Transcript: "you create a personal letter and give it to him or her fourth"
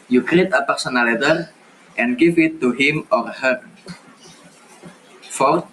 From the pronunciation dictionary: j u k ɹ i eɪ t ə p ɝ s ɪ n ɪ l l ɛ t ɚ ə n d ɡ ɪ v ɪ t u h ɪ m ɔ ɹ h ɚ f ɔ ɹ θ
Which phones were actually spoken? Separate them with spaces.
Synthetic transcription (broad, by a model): j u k ɹ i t ə p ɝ s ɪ n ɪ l l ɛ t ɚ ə n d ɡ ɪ f ɪ t u h ɪ m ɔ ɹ h ɚ f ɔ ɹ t